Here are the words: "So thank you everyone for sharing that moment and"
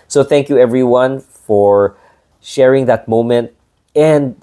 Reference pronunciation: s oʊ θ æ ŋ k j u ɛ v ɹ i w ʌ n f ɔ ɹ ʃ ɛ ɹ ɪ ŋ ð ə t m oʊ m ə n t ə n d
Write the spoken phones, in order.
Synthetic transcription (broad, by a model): s oʊ θ æ ŋ k j u ɛ v ɹ i w ʌ n f ɔ ɹ ʃ ɛ ɹ ɪ ŋ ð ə t m oʊ m ə n t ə n d